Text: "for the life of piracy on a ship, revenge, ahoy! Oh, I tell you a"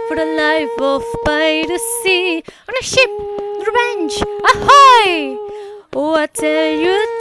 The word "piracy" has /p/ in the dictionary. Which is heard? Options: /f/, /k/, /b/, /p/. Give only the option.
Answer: /b/